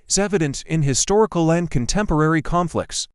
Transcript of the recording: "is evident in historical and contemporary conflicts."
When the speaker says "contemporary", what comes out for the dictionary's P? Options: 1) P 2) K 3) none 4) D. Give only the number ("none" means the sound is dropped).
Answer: 1